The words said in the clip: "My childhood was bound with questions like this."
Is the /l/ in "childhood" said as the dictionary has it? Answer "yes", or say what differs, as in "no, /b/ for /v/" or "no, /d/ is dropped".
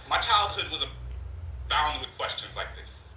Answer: yes